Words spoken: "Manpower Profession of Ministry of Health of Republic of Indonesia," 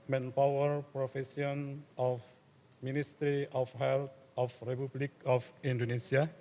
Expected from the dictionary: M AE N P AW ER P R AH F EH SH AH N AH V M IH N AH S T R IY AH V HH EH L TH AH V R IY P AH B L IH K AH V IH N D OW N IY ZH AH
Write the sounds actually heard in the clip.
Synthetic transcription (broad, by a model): M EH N P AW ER P R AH F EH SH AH N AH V M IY N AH S T R IY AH F HH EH L T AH F R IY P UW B L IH K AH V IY N D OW N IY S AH